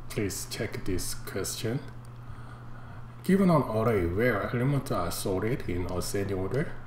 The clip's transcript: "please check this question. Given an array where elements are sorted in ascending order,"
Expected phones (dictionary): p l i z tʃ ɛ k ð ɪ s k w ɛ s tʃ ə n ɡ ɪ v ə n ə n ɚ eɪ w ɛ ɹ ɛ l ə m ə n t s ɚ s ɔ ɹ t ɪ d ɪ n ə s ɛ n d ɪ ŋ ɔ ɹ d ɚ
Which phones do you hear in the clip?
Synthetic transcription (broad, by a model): p l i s tʃ ɛ k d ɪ s k w ɛ s tʃ ə n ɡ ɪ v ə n ə n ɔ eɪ w ɛ ɹ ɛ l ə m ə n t ɚ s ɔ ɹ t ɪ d ɪ n ə s ɛ n d ɪ ŋ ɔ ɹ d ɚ